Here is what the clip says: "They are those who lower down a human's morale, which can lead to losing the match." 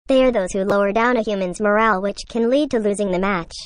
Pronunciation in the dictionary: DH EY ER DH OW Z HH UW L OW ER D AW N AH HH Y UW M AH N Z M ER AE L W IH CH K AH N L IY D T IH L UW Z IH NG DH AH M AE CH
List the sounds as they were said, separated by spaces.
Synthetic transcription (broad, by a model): DH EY ER DH OW Z HH UW L OW ER D AW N AH HH Y UW M AH N Z M ER AE L W IH CH K AH N L IY D T IH L UW Z IH NG DH AH M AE CH